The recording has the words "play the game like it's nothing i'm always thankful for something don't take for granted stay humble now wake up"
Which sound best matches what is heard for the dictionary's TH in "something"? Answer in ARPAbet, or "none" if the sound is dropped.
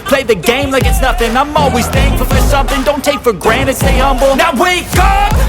TH